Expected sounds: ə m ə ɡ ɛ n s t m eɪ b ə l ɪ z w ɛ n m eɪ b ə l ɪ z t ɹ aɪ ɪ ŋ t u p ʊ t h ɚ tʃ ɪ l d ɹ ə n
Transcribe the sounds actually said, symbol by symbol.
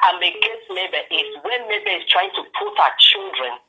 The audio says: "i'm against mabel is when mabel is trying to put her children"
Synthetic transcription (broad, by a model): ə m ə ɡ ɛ s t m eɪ b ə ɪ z w ɛ n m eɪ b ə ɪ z t ɹ aɪ ɪ ŋ t u p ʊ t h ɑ tʃ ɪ l d ɹ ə n